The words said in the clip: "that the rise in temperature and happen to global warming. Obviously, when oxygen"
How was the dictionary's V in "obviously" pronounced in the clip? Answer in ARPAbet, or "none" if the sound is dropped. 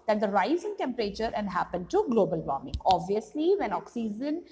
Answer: V